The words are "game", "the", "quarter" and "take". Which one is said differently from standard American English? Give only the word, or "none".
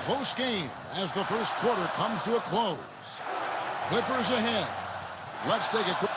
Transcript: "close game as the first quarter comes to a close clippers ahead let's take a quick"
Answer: take